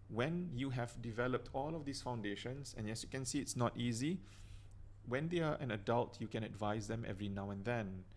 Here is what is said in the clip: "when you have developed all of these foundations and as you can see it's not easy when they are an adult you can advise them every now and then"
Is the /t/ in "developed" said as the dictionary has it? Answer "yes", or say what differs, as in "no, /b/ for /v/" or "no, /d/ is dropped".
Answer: yes